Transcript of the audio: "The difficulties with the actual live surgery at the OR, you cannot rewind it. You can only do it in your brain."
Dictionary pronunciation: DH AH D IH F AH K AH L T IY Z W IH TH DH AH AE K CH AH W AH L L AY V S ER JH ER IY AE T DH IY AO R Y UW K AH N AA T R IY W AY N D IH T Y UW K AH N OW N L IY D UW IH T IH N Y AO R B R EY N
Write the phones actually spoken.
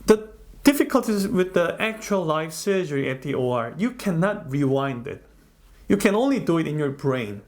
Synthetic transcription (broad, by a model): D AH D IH F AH K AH L T IY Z W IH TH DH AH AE K CH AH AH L L AY F S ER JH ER IY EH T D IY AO R Y UW K AH N AA T R IY W AY N D IH T Y UW K AH N OW N L IY D UW IH T IH N Y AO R B R EY N